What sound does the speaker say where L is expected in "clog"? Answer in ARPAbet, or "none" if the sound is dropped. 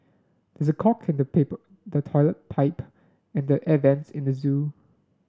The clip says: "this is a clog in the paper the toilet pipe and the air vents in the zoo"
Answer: none